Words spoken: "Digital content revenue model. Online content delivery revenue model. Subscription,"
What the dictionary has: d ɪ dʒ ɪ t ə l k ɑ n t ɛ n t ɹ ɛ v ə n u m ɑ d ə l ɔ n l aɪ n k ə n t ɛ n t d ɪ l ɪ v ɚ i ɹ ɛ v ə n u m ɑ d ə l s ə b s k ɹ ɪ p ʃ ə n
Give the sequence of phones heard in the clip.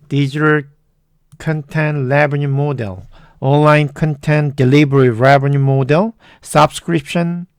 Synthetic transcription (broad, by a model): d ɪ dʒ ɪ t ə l k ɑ n t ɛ n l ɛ b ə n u m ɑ d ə l ɔ n l aɪ n k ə n t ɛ n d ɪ l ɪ b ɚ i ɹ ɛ b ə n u m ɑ d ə l s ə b s k ɹ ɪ p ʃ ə n